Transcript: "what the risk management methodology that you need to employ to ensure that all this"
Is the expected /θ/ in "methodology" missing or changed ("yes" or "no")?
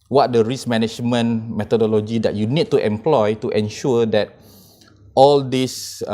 yes